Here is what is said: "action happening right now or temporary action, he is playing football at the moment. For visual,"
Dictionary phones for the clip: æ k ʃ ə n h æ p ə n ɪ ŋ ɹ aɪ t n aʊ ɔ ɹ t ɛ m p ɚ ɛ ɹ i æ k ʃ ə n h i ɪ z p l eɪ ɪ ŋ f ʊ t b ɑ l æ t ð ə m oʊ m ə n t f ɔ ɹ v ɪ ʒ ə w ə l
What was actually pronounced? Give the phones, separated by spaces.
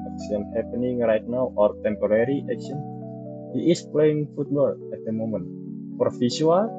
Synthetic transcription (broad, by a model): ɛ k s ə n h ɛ p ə n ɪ ŋ ɹ aɪ t n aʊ ɔ ɹ t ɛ m p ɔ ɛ ɹ i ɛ k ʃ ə n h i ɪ s p l eɪ ɪ ŋ f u t b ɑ l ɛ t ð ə m oʊ m ə n t p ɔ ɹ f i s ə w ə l